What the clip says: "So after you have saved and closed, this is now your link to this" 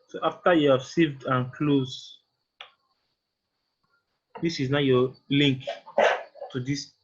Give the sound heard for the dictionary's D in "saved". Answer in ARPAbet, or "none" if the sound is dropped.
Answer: D